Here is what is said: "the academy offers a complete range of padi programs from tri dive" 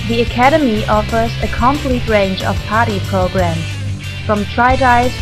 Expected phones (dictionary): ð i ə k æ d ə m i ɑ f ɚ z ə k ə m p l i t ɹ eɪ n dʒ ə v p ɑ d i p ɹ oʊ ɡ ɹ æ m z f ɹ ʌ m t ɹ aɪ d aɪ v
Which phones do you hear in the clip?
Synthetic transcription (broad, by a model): ð i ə k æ d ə m i ɑ f ɚ z ə k ə m p l i t ɹ eɪ n dʒ ə v p ɑ d i p ɹ oʊ ɡ ɹ æ m z f ɹ ʌ m t ɹ aɪ d aɪ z